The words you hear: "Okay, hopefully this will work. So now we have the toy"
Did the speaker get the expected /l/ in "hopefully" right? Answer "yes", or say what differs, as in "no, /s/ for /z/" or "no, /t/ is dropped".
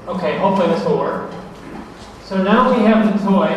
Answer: no, /l/ is dropped